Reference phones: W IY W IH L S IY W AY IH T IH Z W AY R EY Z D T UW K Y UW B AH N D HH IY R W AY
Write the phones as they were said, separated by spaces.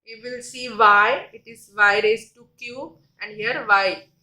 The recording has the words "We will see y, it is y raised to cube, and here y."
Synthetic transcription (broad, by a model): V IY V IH L S IY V AY IH T IH Z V AY R EY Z T UW K Y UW AH N D HH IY R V AY